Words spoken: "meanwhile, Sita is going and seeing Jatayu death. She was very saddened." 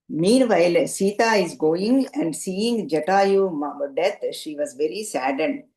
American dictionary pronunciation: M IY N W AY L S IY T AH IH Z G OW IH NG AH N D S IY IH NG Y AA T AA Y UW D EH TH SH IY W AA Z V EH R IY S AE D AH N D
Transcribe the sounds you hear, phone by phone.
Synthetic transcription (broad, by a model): M IY N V AY L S IY T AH IH Z G OW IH NG AH N D S IY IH NG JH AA T AA Y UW D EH T SH IY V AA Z V EH R IY S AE D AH N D